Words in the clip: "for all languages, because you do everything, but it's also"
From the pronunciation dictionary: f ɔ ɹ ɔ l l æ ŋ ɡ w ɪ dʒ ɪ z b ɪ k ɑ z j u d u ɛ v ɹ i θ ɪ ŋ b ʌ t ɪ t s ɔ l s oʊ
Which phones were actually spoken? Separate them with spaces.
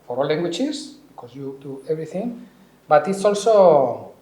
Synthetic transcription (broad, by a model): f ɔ ɹ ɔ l l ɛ ŋ ɡ w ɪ tʃ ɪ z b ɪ k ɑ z j u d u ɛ b ɹ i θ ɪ ŋ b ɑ t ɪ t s ɔ l s oʊ